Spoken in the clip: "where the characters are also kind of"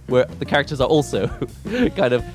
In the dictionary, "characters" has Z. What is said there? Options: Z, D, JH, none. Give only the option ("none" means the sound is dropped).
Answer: Z